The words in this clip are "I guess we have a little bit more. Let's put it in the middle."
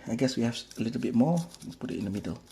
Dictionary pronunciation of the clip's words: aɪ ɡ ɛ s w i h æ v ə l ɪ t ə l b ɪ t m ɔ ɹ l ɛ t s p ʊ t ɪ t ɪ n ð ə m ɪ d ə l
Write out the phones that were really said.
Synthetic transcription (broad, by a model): aɪ ɡ ɛ s w i h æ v ə l ɪ t ə l b ɪ t m ɔ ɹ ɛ p ʊ t ɪ t ɪ n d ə m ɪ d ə l